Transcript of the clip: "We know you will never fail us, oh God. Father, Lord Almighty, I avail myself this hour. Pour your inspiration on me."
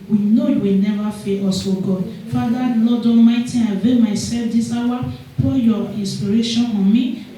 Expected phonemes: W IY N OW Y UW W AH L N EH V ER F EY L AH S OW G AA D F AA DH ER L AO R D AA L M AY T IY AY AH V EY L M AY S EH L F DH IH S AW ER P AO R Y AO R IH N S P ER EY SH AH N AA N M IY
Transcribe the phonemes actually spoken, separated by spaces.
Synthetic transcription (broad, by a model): W IY N OW Y UW W AH L N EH V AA F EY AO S OW G AA D F AA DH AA L AO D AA M AY T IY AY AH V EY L M AY S EH L F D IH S AW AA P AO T Y AO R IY N S P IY EY SH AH N AA N M IY